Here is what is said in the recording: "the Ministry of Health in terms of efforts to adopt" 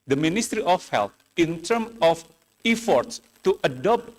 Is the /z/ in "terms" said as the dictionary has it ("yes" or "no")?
no